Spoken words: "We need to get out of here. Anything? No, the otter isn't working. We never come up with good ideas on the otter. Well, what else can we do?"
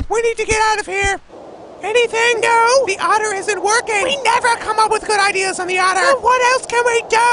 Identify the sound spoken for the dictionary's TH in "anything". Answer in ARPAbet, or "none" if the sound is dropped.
TH